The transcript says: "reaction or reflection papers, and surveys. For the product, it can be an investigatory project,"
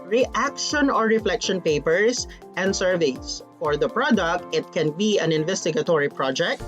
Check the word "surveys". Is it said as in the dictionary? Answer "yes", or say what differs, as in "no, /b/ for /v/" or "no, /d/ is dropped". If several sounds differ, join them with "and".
no, /s/ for /z/